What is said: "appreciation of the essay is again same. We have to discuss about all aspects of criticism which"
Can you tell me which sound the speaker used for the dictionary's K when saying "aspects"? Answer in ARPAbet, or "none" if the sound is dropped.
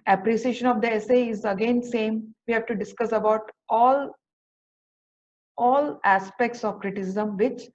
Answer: K